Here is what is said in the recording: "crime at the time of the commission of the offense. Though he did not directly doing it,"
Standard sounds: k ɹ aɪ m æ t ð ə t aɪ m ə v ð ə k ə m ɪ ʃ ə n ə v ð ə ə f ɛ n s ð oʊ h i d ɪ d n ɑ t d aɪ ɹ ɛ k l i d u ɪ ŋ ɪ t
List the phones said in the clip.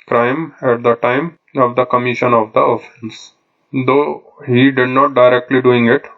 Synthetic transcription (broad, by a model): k ɹ aɪ m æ t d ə t aɪ m ə v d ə k ə m ɪ ʃ ə n ə v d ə ə f ɛ n s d oʊ h i d ɪ d n ɑ t d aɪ ɹ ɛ k l i d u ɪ ŋ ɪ t